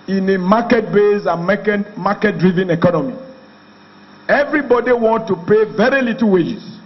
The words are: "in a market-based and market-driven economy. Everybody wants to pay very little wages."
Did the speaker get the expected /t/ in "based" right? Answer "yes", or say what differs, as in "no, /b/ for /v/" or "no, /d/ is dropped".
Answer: no, /t/ is dropped